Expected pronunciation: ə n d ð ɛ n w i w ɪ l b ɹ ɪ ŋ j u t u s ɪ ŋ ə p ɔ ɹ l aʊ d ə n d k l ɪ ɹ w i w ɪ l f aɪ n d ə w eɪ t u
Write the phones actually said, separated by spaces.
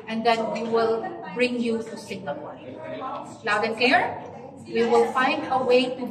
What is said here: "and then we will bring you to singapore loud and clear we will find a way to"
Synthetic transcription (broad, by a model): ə n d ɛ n w i w ɪ l b ɹ ɪ ŋ j u t u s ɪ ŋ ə ɔ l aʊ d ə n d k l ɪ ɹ w i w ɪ l f aɪ n d ə w eɪ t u